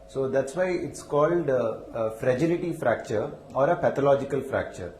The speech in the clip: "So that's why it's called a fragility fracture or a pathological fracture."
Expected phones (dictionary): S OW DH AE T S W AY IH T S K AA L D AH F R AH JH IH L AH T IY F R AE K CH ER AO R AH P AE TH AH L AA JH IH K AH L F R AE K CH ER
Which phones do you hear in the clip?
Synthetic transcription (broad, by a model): S OW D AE T S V AY IH T S K AA L D AH F R AH JH IH L AH T IY F R AE K CH ER AO R AH P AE T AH L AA JH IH K AH L F R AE K CH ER